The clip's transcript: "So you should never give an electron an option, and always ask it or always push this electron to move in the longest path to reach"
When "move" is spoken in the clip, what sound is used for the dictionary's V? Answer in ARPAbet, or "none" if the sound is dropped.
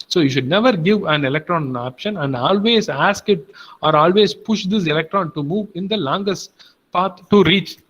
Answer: V